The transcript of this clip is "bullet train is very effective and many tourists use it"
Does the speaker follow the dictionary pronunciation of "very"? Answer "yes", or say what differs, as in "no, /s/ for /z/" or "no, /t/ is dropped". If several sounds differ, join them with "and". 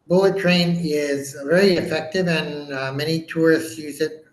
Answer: no, /l/ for /ɹ/